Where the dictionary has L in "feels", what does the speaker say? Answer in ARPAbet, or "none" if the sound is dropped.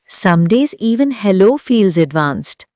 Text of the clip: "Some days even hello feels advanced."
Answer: L